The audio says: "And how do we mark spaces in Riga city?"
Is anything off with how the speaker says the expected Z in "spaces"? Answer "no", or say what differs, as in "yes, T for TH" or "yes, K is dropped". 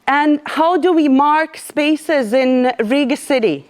no